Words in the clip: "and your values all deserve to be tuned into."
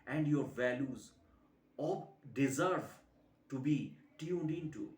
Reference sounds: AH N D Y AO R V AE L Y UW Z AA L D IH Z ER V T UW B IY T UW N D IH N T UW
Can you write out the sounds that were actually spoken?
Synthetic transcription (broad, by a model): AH N D Y AO R V AE L Y UW Z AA D IH Z ER V T UW B IY T UW N D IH N T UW